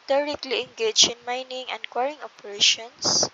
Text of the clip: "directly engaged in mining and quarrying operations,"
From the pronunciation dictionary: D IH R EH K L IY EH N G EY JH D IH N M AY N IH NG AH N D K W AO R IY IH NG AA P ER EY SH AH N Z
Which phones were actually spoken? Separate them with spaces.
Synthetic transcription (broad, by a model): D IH R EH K L IY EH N G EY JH IH N M AY N IH NG AH N D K W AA R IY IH NG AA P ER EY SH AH N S